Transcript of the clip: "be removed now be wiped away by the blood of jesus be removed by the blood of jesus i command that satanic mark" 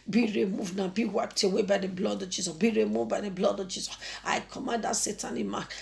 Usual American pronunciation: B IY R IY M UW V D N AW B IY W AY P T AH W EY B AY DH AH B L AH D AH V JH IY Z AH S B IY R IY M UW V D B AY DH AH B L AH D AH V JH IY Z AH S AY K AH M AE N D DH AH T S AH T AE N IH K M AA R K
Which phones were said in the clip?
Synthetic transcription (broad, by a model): B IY R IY M UW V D N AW B IY W AY P T AH W EY B AY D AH B L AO D AH V JH IY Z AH S B IY R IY M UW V B AY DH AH B L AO D AH V JH IY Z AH S AY K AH M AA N D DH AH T S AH T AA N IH M AA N